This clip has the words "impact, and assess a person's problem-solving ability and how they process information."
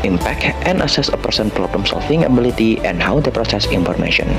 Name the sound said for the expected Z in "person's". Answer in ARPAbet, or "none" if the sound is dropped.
none